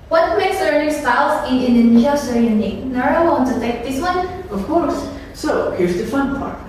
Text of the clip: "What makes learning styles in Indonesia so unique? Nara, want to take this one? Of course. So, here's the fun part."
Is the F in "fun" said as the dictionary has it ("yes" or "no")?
yes